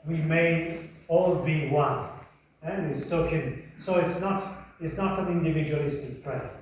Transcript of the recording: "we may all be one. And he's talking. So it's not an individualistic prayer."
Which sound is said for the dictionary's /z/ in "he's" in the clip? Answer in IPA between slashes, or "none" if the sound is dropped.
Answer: /s/